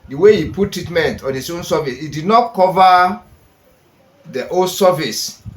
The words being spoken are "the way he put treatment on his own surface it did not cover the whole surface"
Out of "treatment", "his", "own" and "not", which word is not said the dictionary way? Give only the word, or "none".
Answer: his